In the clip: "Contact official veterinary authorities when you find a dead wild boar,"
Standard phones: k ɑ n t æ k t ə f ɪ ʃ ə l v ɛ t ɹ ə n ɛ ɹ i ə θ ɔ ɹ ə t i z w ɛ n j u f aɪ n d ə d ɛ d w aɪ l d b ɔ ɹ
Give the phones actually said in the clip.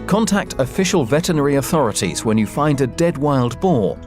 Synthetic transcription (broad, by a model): k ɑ n t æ k t ə f ɪ ʃ ə l v ɛ t ə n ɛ ɹ i ə θ ɔ ɹ ə t i z w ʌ n j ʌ f aɪ n d ə d ɛ d w aɪ l d b ɔ